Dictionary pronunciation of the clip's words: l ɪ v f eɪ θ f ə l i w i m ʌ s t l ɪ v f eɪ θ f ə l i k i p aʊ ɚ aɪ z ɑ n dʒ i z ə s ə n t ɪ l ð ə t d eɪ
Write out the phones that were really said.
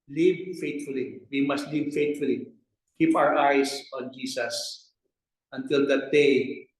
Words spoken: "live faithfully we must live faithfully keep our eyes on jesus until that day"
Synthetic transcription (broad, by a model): l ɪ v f eɪ t f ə l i w i m ʌ s t l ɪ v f eɪ t f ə l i k i p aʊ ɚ aɪ s ɑ n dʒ i s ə s ə n t ɪ l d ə t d eɪ